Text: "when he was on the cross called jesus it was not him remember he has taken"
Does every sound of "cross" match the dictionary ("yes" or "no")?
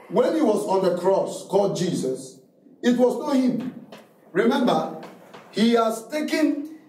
yes